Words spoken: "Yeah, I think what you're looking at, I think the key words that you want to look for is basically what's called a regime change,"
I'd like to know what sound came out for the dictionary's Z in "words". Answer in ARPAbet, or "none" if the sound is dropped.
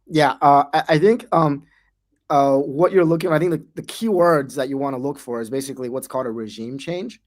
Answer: Z